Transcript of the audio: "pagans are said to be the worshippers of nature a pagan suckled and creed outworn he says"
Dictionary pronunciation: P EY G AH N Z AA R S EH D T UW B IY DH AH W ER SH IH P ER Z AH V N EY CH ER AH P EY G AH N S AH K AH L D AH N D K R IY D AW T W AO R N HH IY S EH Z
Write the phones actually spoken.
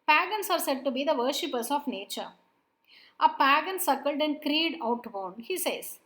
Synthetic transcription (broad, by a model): P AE G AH N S AA R S EH D T UW B IY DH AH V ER SH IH P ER S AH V N EY CH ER AH P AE G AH N S AH K AH L D AH N D K R IY D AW T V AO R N HH IY S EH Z